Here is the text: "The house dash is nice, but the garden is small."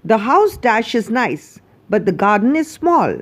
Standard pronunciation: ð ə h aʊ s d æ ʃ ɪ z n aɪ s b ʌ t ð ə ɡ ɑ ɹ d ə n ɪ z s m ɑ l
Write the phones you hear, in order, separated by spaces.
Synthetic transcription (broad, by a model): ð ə h aʊ s d æ ʃ ɪ z n aɪ s b ʌ t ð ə ɡ ɑ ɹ d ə n ɪ z s m ɑ l